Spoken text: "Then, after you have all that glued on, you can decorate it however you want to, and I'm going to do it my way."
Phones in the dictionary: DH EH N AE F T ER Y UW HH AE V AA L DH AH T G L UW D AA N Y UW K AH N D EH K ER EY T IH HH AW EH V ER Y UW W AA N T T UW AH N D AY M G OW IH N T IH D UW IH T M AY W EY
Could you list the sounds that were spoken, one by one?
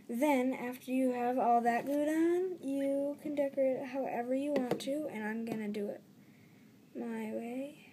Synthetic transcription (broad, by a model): DH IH N AE F T ER Y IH V AA L DH AH T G UW D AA N Y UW K AH N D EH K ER IH HH AW EH V ER Y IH W AA N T T UW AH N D AY M G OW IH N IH D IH IH T M AY W EY